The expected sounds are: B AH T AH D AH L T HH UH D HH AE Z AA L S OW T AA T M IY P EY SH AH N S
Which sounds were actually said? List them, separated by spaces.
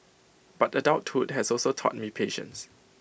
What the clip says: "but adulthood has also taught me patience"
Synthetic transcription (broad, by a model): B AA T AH D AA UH T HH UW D HH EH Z AA L S OW T AA T M IY P EY SH AH N S